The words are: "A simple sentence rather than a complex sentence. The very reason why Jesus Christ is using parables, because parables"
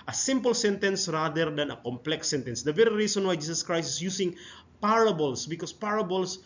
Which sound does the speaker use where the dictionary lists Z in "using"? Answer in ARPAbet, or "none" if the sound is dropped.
S